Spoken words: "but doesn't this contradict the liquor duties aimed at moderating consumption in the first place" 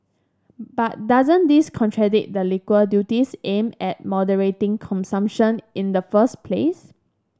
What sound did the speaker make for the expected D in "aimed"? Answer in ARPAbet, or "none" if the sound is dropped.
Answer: none